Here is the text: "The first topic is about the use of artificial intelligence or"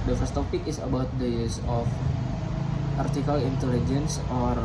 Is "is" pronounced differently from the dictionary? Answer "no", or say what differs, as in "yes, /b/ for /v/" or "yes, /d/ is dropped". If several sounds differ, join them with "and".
yes, /s/ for /z/